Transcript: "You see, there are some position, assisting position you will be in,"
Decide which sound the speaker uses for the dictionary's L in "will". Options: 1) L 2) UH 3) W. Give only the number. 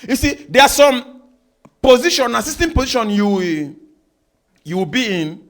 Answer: 3